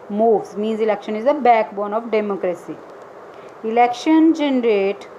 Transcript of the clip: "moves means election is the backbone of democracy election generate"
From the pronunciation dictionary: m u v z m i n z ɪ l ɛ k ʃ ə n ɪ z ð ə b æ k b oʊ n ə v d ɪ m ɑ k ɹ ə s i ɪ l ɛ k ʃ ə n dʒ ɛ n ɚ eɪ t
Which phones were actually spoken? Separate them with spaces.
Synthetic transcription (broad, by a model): m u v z m i n z ɪ l ɛ k ʃ ə n ɪ z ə b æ k b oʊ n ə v d ɪ m ɑ k ɹ ə s i ɪ l ɛ k ʃ ə n dʒ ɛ n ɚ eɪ t